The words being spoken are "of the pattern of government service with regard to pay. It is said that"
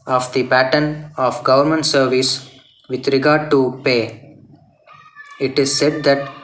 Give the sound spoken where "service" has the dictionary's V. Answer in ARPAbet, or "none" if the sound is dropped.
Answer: V